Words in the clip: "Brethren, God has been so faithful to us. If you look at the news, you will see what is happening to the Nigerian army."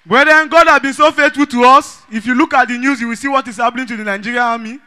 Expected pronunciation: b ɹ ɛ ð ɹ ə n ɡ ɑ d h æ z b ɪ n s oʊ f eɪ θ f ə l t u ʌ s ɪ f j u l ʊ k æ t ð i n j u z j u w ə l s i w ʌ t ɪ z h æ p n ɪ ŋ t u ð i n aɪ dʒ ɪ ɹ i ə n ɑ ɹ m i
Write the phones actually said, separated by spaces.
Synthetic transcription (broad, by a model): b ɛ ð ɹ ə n ɡ ɑ d h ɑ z b ɪ n s oʊ f eɪ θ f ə l t u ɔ s ɪ f j u l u k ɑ t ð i n j u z j u w ə l s i w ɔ t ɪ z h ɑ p l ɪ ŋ t u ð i n aɪ dʒ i ɹ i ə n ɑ m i